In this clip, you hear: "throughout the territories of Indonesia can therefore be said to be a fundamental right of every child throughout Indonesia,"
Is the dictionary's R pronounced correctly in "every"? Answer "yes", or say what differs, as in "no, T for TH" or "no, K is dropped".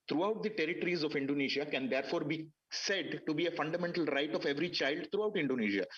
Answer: yes